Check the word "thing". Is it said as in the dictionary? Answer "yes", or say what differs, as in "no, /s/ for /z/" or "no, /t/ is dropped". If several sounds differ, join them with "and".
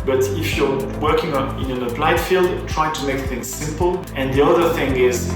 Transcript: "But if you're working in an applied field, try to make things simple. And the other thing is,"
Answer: yes